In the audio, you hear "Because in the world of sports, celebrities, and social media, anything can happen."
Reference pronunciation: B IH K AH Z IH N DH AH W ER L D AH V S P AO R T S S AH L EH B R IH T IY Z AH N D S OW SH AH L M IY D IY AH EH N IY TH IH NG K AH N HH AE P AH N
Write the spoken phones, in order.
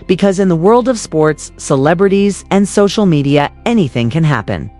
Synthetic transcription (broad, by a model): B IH K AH Z IH N DH AH W ER L D AH V S P AO R T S S AH L EH B R IH T IY Z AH N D S OW SH L M IY D IY AH EH N IY TH IH NG K AH N HH AE P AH N